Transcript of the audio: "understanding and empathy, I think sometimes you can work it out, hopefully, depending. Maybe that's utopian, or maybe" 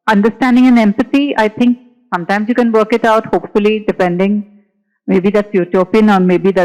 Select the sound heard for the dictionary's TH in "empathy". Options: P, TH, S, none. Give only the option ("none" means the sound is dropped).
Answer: S